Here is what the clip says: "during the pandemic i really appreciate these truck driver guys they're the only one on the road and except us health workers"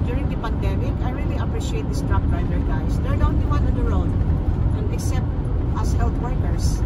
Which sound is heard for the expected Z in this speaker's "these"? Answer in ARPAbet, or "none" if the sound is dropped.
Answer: S